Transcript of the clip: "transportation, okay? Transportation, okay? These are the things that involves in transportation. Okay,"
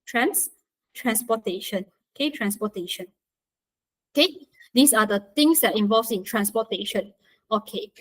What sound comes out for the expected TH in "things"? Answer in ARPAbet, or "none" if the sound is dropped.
T